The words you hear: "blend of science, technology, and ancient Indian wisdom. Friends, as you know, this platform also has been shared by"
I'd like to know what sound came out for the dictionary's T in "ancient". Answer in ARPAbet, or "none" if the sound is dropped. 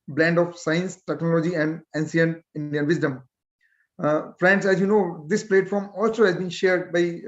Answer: none